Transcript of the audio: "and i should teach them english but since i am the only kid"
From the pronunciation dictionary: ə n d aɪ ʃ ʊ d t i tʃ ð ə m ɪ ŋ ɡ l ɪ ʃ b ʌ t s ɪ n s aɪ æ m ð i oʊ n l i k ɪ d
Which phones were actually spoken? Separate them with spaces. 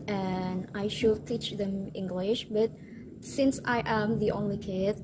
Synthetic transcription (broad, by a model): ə n aɪ ʃ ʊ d t i tʃ ð ə m ɪ ŋ ɡ l ɪ ʃ b ʌ t s ɪ n s aɪ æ m ð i oʊ n l i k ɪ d